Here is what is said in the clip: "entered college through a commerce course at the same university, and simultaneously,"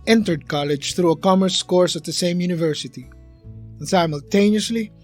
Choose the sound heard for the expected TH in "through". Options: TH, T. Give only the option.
TH